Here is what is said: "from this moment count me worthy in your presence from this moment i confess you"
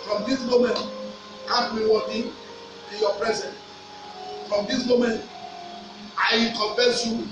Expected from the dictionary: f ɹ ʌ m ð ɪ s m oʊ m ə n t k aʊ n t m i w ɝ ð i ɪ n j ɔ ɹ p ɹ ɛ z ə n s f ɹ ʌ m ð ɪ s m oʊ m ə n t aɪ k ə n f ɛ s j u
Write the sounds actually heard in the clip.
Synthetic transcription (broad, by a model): f ɹ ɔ m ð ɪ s m oʊ m ə n t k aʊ t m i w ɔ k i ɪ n j ɔ p ɹ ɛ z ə n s f ɹ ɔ m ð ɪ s m oʊ m ə n t aɪ k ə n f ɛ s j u